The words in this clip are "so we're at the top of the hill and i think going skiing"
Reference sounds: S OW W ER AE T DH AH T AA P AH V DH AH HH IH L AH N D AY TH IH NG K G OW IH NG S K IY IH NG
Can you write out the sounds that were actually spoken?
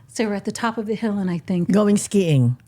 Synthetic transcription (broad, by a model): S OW W ER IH T DH AH T AA P AH V DH AH HH IH L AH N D AY TH IH NG K G OW IH NG S K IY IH NG